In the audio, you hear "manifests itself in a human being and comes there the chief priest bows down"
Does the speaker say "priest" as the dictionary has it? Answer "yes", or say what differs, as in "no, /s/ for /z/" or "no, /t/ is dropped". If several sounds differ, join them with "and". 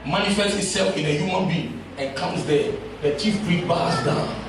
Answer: no, /s/ is dropped